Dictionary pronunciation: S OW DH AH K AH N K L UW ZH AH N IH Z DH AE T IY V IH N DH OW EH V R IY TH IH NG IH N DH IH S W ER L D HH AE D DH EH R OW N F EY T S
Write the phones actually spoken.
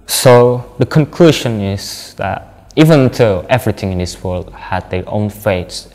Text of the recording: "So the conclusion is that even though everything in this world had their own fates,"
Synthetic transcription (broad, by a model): S OW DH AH K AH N K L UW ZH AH N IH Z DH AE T IY V IH N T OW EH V R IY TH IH NG IH N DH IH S W ER L D HH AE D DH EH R OW N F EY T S